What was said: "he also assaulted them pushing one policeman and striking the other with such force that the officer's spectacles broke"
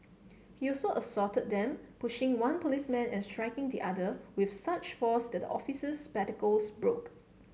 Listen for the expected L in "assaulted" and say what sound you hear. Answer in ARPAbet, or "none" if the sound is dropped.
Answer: none